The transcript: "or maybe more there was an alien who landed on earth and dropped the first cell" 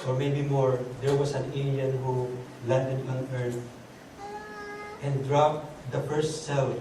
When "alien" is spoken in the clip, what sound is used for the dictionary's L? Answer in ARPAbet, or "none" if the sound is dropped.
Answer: N